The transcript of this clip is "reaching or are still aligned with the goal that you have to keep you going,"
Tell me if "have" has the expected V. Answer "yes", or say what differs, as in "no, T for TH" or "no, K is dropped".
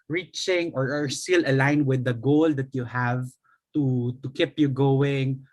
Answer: yes